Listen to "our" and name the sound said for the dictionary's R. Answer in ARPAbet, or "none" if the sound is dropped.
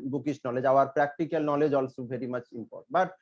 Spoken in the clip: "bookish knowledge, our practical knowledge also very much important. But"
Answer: R